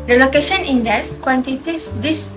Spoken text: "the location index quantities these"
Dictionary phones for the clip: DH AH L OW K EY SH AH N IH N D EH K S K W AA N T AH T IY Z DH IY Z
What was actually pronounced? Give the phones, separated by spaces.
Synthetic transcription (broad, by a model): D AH L OW K EY SH AH N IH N D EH S K W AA N T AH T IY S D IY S